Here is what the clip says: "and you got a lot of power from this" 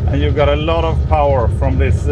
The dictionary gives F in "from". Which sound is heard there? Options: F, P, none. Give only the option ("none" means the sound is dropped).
F